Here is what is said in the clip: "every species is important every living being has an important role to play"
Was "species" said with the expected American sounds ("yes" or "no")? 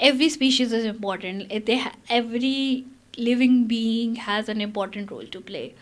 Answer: yes